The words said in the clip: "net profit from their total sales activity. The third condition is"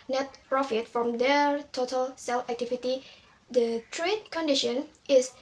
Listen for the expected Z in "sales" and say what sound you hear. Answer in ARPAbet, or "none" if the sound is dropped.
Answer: none